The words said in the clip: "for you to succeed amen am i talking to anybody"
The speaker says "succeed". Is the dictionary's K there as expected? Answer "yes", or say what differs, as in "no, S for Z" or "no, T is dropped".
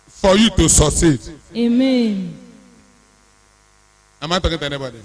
no, K is dropped